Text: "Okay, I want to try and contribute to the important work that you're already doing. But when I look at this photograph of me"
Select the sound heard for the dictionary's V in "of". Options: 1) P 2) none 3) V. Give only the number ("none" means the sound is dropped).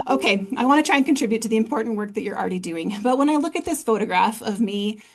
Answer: 3